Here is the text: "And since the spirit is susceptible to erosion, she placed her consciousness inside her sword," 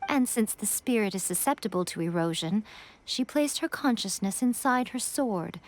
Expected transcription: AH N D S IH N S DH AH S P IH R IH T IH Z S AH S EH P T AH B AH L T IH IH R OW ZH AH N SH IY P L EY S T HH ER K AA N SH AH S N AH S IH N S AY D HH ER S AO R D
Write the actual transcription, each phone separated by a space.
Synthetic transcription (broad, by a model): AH N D S IH N S DH AH S P IH R IH T IH Z S AH S EH P T AH B AH L T IH IH R OW ZH AH N SH IY P L EY S T HH ER K AA N SH AH S N AH S IH N S AY D HH ER S AO R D